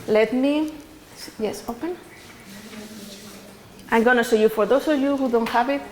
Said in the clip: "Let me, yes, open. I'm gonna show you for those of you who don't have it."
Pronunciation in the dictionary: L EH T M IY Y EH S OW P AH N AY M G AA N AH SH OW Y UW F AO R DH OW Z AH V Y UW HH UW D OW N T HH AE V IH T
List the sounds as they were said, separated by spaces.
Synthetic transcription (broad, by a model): L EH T M IY Y EH S OW P AH N AY M G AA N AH S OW Y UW F AO R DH OW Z AH V Y UW HH UW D OW N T HH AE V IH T